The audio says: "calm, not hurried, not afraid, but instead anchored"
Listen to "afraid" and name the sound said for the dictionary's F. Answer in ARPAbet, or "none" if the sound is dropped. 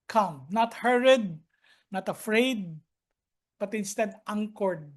F